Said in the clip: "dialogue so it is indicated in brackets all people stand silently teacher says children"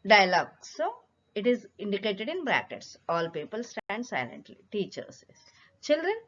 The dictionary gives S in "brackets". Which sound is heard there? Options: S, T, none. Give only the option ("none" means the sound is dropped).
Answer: S